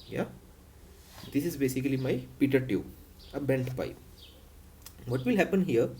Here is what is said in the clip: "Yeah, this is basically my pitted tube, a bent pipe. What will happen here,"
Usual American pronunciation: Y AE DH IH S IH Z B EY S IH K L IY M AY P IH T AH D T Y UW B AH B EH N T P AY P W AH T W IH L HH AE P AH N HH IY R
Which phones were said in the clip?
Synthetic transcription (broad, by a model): Y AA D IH S IH Z B EY S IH K L IY M AY P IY T AH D T Y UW AH B EH N T P AY P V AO T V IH L HH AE P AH N HH IY R